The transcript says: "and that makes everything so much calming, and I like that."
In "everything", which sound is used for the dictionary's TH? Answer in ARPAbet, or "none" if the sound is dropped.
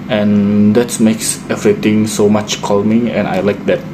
T